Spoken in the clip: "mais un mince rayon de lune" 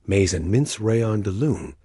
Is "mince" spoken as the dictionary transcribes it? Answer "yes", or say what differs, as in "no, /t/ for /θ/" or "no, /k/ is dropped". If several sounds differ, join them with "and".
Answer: yes